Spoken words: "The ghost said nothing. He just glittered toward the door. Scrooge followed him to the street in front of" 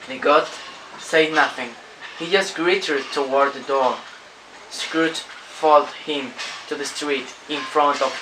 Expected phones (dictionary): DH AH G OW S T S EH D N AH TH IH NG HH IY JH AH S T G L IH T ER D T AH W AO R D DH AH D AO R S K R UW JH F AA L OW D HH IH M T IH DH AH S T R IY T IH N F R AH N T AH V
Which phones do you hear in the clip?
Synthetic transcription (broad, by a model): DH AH G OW T S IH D N AH TH IH NG HH IY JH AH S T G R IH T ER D T AH W AO R D DH AH D AO R S K R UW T F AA L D HH IH M T IH DH AH S T R IY T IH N F R AH N T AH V